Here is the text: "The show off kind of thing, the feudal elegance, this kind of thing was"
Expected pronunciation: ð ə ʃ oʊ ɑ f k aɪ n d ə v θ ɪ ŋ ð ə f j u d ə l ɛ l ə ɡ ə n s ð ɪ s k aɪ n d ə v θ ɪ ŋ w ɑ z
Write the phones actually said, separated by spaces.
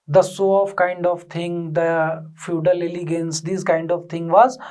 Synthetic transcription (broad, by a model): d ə s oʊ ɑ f k aɪ n d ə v t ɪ ŋ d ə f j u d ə l ɛ l ə ɡ ə n s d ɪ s k aɪ n d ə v t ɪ ŋ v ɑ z